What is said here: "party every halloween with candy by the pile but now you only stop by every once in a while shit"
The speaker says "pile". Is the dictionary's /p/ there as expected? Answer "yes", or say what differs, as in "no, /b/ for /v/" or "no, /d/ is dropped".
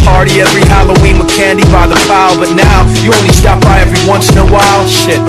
no, /f/ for /p/